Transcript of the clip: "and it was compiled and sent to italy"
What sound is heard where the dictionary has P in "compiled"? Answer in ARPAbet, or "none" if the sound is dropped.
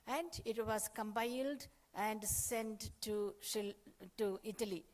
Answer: B